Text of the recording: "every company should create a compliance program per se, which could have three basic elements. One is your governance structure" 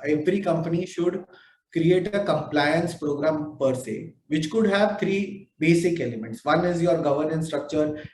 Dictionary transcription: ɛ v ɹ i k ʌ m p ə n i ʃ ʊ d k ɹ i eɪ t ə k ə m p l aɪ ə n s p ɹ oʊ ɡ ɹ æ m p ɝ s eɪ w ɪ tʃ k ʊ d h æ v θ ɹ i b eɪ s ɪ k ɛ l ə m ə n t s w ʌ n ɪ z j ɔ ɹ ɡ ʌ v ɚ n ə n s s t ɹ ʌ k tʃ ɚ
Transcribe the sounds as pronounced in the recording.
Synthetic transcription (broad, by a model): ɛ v ɹ i k ʌ m p ə n i ʃ ʊ d k ɹ i eɪ t ə k ə m p l aɪ ə n s p ɹ oʊ ɡ ɹ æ m p ɝ s eɪ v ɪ tʃ k ʊ d h æ v t ɹ i b eɪ s ɪ k ɛ l ə m ə n t s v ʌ n ɪ z j ɔ ɹ ɡ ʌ v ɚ n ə n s s t ɹ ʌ k tʃ ɚ